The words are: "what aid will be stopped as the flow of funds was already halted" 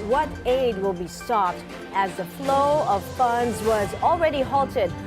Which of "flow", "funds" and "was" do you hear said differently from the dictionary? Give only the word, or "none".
none